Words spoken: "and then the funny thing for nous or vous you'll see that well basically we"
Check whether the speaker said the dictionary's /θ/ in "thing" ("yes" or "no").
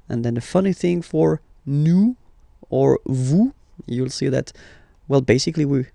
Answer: yes